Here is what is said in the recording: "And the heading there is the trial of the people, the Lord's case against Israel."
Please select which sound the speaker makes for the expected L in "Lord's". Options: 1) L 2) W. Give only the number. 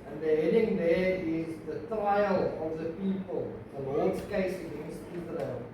2